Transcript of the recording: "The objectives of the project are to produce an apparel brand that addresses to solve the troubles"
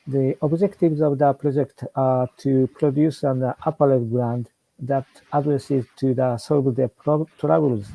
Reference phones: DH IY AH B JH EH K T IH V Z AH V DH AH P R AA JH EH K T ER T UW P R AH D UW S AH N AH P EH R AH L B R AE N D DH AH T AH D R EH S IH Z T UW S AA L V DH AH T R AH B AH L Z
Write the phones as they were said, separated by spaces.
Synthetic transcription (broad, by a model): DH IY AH B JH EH K T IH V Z AH V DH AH P R AA JH EH K T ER T UW P R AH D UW S AH N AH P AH L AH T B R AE N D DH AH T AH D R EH S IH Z T UW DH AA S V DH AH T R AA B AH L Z